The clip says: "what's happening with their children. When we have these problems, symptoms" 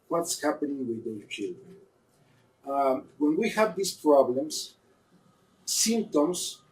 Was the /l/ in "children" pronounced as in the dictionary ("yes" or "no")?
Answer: yes